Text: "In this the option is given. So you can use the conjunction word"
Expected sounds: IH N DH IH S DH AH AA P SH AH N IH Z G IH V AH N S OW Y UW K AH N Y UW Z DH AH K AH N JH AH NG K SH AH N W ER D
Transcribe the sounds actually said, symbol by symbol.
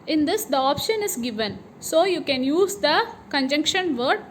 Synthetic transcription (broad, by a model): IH N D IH S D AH AA P SH AH N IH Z G IH V AH N S OW Y UW K AH N Y UW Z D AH K AH N JH AH NG K SH AH N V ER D